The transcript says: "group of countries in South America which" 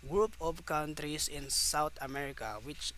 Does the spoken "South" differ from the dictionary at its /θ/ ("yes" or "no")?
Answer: yes